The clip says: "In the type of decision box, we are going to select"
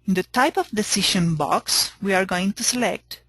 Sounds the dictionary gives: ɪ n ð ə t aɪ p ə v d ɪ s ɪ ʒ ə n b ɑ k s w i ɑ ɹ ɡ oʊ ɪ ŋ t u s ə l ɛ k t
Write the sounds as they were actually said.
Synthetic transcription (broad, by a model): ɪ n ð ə t aɪ p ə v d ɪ s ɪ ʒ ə n b ɑ k s w i ɑ ɹ ɡ oʊ ɪ ŋ t u s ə l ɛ k t